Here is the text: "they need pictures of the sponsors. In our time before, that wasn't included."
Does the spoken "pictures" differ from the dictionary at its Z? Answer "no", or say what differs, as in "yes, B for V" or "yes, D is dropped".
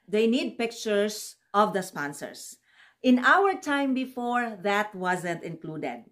yes, S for Z